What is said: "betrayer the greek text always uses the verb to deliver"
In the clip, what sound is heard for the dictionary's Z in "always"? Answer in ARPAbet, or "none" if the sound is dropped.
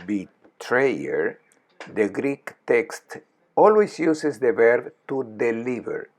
S